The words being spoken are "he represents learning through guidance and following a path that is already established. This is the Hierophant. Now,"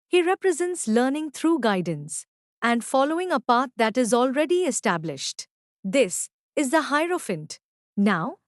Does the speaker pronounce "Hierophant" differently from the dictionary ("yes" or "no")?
no